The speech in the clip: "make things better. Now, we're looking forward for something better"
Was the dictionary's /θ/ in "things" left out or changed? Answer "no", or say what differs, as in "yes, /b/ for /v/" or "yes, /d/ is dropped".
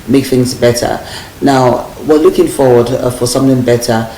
no